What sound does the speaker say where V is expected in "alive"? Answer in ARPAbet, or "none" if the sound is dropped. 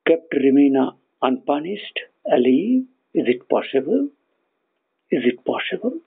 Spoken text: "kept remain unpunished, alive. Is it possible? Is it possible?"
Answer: none